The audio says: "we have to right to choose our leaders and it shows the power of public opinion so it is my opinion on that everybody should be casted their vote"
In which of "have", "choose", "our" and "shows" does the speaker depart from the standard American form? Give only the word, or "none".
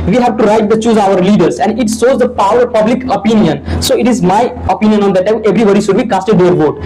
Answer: shows